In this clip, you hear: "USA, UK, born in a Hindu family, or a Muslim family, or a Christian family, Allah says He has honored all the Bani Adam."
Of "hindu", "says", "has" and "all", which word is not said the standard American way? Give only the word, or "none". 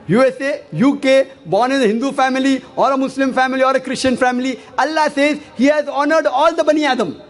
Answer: none